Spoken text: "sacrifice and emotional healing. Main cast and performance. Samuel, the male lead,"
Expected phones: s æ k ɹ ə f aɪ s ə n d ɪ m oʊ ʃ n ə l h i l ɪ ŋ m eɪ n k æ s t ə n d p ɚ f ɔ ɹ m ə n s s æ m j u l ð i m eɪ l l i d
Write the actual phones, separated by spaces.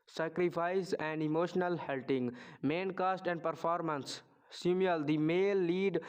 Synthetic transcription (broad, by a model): s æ k ɹ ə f aɪ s ə n d ɪ m oʊ ʃ n ə l h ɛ l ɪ ŋ m eɪ n k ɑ s t ə n d p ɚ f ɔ ɹ m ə n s s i m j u l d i m eɪ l l i d